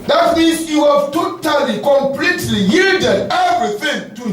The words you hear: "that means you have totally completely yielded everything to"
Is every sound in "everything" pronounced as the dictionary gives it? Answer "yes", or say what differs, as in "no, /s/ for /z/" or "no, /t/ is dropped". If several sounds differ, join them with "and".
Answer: yes